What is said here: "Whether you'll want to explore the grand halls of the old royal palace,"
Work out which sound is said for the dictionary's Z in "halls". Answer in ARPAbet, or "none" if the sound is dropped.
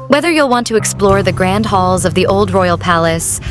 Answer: Z